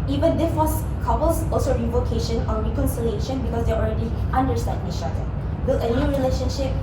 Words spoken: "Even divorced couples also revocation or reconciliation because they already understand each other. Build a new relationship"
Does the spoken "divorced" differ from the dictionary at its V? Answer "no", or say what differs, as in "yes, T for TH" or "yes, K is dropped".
yes, W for V